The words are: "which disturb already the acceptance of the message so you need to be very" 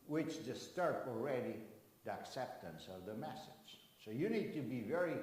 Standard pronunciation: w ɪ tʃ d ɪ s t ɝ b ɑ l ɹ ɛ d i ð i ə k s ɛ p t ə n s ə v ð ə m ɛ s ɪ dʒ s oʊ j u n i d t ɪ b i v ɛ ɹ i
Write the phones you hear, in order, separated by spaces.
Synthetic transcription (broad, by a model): w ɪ tʃ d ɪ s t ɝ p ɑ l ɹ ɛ d i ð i ə k s ɛ p t ə n s ə v ð ə m ɛ s ɪ dʒ s oʊ j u n i d t ɪ b i v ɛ ɹ i